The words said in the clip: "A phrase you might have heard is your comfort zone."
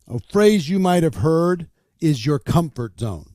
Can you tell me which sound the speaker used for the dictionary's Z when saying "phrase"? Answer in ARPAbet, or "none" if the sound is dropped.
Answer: Z